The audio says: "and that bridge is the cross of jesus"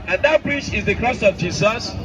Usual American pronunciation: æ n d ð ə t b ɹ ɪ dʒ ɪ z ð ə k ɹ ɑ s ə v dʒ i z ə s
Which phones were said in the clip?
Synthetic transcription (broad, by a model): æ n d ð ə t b ɹ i tʃ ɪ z ð ə k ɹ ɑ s ə v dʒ i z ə s